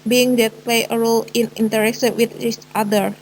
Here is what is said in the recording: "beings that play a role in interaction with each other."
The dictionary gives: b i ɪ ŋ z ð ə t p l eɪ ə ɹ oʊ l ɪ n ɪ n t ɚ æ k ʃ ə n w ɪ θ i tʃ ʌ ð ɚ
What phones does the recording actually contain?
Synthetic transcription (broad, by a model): b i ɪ ŋ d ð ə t p l eɪ ə ɹ oʊ l ɪ n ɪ n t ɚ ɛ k s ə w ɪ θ i tʃ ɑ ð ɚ